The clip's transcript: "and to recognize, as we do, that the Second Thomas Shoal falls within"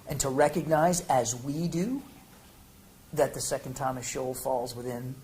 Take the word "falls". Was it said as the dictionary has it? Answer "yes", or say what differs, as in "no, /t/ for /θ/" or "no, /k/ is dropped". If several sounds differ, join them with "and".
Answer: yes